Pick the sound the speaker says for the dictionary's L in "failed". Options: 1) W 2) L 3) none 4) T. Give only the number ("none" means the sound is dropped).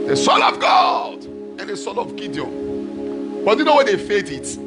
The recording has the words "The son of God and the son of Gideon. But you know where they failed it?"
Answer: 3